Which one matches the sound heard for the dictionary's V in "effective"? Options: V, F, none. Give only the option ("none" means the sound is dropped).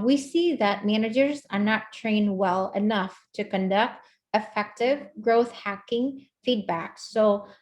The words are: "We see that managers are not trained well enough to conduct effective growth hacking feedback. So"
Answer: V